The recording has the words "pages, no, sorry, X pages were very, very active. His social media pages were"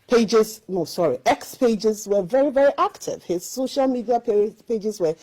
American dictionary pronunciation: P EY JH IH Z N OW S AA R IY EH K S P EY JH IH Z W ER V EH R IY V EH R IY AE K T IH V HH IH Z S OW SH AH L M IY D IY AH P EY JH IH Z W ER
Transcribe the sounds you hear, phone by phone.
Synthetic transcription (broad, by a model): P EY JH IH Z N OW S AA R IY EH K S P EY JH IH Z W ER V EH R IY V EH R IY AE K T IH V HH IH Z S OW SH AH L M IY D IY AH P EY JH IH Z W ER